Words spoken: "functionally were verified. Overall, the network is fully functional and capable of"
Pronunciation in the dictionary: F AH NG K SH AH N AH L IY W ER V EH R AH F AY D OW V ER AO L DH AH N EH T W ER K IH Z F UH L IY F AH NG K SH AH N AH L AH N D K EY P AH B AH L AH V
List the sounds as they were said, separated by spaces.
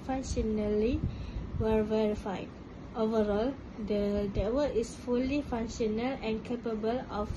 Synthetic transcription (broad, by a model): F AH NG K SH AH N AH L IY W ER V EH R AH F AY D OW V ER AO L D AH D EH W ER IH S F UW L IY F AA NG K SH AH N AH L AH N K EY P AH B AH L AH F